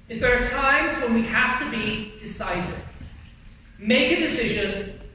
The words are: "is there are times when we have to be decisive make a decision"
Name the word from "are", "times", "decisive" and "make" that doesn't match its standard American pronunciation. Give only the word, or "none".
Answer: none